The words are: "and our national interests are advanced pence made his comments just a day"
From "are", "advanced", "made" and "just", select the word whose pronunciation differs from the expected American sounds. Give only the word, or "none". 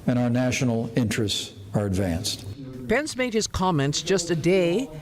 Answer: none